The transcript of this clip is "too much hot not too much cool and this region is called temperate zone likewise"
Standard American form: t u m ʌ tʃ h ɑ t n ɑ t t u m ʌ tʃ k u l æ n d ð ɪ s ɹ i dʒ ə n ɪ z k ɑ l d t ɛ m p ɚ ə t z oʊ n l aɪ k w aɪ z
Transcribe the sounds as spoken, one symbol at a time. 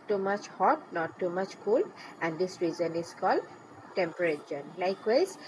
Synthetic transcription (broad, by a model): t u m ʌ tʃ h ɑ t n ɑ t t u m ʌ tʃ k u l æ n d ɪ s ɹ i z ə n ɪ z k ɑ l d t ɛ m p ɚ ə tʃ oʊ n l aɪ k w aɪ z